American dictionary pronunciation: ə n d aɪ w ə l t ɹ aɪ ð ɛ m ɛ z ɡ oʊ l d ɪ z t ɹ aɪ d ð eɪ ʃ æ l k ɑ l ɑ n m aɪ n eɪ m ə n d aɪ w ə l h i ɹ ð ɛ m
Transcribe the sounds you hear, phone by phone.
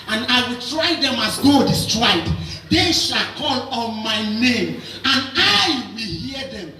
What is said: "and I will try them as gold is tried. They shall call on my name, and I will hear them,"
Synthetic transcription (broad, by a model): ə n aɪ w ə l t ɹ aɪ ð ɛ m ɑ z ɡ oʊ d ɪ s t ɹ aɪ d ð eɪ ʃ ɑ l k ɑ l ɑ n m aɪ n eɪ m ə n aɪ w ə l h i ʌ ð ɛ m